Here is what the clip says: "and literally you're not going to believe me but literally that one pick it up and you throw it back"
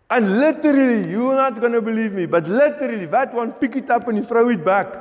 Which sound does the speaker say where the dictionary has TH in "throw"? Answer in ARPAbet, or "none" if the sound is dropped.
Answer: F